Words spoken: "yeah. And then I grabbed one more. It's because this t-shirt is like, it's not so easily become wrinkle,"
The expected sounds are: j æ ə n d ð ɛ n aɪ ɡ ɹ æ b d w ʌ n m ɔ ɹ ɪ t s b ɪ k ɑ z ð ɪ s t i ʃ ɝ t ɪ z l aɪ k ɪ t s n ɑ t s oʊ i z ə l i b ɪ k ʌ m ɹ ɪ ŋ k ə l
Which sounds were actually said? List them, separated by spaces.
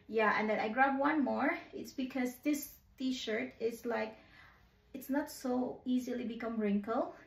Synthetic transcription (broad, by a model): j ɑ ə n d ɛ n aɪ ɡ ɹ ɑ d w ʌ n m ɔ ɹ ɪ t s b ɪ k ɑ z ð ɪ s t i ʃ ɝ t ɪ s l aɪ k ɪ t s n ɑ t s oʊ i z ə l i b ɪ k ʌ m ɹ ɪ ŋ k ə l